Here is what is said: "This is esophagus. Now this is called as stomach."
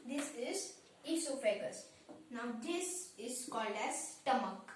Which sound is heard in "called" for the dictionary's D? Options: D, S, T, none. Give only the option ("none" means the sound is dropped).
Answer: D